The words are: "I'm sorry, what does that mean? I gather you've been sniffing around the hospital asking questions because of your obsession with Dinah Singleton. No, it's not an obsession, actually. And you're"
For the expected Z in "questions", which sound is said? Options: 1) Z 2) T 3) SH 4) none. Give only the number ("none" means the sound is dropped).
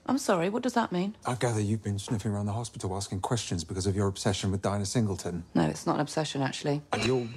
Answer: 1